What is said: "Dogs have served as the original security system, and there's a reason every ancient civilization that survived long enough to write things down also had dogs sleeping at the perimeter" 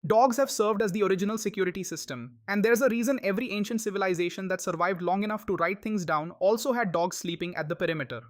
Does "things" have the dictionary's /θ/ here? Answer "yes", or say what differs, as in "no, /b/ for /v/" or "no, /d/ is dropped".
no, /t/ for /θ/